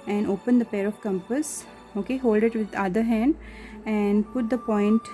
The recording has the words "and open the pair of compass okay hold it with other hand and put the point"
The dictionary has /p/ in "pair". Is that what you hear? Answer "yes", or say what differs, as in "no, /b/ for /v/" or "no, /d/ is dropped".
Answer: yes